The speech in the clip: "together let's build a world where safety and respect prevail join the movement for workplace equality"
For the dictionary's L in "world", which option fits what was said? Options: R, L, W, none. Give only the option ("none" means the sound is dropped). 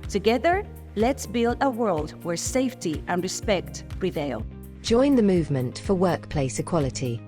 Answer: L